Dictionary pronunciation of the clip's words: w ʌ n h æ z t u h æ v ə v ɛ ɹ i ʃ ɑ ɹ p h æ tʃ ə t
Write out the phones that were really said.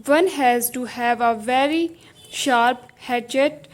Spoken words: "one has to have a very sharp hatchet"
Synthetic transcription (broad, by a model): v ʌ n h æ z t u h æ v ə v ɛ ɹ i ʃ ɑ ɹ p h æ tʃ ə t